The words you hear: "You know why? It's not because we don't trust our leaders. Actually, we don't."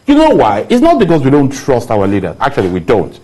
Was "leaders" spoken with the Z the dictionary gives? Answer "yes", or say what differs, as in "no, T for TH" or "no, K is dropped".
no, Z is dropped